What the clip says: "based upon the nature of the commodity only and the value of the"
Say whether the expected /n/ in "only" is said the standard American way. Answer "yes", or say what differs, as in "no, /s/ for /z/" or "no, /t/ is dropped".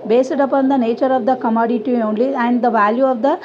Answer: yes